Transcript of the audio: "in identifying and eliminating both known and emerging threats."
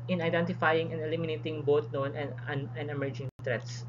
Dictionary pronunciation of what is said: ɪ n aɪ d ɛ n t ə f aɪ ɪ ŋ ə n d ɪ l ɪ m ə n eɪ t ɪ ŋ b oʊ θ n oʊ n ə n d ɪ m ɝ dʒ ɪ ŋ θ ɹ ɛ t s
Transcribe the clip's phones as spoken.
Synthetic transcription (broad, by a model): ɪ n aɪ d ɛ n t ə f aɪ ɪ ŋ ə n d ɪ l ɪ m ə n eɪ t ɪ ŋ b oʊ t n oʊ n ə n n ɪ m ɝ dʒ ɪ ŋ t ɹ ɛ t s